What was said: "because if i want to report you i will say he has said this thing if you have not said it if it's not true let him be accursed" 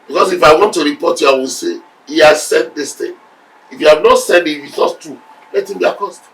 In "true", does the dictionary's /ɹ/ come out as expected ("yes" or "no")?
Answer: no